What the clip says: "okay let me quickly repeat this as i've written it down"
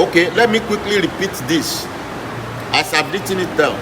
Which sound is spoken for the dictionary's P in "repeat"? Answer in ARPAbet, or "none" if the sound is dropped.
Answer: P